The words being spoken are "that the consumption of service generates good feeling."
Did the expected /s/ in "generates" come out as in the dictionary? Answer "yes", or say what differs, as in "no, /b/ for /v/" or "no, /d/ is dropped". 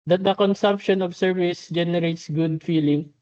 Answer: yes